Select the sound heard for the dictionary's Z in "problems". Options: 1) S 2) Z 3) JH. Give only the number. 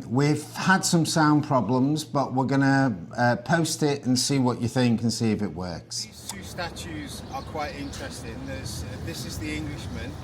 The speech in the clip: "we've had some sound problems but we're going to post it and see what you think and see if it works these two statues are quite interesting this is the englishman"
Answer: 2